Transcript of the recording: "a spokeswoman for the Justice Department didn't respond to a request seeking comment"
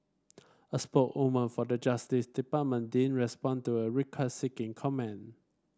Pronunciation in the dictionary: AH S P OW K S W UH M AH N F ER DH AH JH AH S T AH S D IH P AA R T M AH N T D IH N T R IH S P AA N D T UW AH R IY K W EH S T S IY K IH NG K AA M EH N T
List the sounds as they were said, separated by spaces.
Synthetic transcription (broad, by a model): AH S P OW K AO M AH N F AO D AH JH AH S T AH S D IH P AA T M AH N D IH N R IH S P AA N T UW AH R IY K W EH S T S IY K IH NG K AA M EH N